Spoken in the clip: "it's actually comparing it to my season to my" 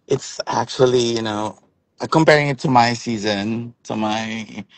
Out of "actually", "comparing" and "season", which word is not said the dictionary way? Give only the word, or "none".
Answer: actually